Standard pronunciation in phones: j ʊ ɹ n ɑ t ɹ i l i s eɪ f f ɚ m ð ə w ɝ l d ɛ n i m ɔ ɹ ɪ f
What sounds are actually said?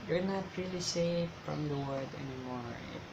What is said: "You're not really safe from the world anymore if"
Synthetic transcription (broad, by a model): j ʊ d n ɑ t ɹ i l i s eɪ f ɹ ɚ m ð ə w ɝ d ɛ n i m ɔ ɹ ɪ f